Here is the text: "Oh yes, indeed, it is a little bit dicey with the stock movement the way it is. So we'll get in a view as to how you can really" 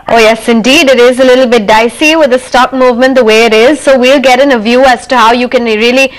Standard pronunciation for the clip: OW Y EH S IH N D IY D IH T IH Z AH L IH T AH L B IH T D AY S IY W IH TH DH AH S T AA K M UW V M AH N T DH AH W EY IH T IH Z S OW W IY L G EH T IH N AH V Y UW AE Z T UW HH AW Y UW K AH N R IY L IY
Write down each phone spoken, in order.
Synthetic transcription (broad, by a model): OW Y EH S IH N D IY D IH T IH Z AH L IH T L B IH T D AY S IY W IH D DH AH S T AA K M UW V M AH N T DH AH W EY IH T IH Z S OW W IY L G EH T IH N AH V Y UW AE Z T UW HH AW Y UW K AH N R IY L IY